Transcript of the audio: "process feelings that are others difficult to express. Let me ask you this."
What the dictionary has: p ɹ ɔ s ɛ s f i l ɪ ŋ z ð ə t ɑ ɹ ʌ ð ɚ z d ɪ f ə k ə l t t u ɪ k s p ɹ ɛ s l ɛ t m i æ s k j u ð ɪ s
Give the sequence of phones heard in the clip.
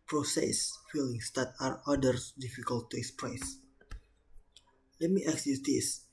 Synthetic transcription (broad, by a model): p ɹ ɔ s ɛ s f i l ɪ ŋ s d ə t ɑ ɹ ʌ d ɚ s d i f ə k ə l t t u ɪ k s p ɹ ɛ s l ɛ t m i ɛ k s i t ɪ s